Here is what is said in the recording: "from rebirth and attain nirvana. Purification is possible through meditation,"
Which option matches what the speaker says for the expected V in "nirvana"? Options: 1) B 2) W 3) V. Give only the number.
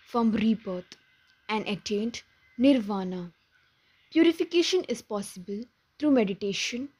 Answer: 3